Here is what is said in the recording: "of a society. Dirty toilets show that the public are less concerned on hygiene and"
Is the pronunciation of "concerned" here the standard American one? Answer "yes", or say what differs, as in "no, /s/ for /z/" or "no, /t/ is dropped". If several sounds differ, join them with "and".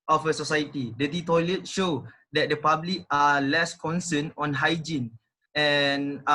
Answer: no, /d/ is dropped